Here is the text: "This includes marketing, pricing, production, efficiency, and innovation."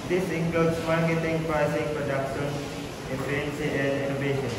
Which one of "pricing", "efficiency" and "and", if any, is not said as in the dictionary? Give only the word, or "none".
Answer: efficiency